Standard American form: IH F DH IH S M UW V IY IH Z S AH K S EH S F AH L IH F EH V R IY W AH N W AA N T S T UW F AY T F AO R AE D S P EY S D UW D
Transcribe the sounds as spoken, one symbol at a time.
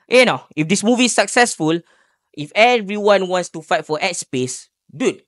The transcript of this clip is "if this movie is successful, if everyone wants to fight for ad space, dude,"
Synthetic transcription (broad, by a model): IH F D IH S M UW V IY S AH K S EH S F AH L IH F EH V R IY W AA N W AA N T S T UW F AY T F AO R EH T S P EY S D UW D